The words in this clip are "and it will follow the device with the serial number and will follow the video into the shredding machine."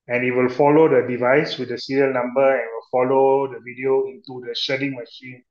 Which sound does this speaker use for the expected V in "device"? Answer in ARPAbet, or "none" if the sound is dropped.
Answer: V